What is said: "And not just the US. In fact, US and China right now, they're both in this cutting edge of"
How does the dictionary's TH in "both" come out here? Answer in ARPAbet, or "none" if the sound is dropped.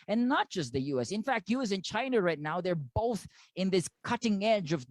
TH